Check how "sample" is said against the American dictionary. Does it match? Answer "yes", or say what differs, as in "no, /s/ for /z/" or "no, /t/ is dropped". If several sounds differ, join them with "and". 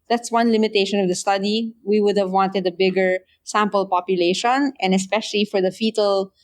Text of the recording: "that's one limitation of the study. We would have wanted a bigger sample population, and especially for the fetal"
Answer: yes